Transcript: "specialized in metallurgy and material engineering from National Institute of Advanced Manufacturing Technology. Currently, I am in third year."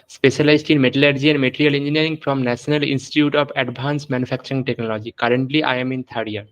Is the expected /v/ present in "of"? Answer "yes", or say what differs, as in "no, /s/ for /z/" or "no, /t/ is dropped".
no, /b/ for /v/